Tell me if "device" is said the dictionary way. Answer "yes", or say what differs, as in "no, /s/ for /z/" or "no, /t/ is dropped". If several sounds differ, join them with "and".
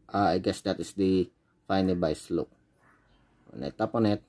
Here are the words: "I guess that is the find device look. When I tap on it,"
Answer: no, /b/ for /v/